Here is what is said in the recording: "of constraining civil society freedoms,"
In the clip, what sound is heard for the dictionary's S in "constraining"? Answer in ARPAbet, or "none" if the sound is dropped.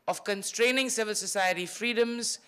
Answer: S